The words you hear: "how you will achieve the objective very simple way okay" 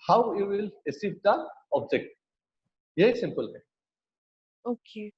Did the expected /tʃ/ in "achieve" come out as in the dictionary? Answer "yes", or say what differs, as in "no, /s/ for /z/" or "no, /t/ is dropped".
no, /s/ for /tʃ/